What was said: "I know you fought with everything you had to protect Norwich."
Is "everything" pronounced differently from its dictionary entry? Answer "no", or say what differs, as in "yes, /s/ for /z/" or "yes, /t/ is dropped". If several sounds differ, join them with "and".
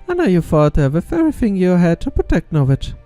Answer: yes, /v/ is dropped